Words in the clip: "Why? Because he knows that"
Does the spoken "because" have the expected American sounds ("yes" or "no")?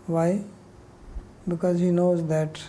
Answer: yes